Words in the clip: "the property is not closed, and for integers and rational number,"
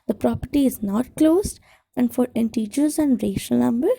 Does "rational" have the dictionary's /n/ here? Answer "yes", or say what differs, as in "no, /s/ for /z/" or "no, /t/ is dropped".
no, /n/ is dropped